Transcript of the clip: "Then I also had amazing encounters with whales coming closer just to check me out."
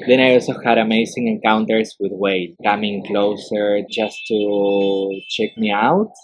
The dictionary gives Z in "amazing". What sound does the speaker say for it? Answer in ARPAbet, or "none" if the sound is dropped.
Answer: S